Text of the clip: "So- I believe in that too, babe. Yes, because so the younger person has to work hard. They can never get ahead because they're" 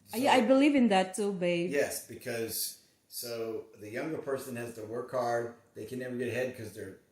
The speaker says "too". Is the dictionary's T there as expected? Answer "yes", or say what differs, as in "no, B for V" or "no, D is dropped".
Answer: no, S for T